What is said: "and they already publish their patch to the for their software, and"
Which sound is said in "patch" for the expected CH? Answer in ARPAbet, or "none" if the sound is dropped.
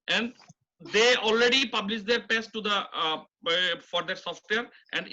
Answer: S